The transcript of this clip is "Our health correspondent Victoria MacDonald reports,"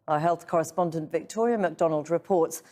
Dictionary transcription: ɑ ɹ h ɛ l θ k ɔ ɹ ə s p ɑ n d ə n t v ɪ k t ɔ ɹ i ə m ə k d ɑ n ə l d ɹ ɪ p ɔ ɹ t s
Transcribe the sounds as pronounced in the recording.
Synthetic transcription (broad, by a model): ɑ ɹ h ɛ l θ k ɔ ɹ ə s p ɑ n d ə n t v ɪ k t ɔ ɹ i ə m ə k d ɑ n ə l d ɹ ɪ p ɔ ɹ t s